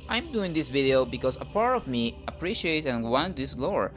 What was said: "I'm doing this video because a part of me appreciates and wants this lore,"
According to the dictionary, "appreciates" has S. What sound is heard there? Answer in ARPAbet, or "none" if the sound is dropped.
none